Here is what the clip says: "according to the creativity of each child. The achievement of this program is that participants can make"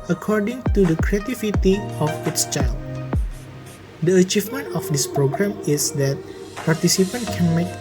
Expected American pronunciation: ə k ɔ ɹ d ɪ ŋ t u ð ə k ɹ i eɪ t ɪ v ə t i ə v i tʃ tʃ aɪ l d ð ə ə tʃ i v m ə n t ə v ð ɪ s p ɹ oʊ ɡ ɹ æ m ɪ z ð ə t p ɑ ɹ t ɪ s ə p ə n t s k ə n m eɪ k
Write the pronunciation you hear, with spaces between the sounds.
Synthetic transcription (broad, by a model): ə k ɔ ɹ d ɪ ŋ t u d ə k ɹ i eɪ t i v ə t i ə f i s tʃ aɪ l d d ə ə tʃ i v m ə n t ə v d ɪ s p ɹ oʊ ɡ ɹ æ m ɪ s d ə t p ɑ ɹ t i s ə p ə n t k ə n m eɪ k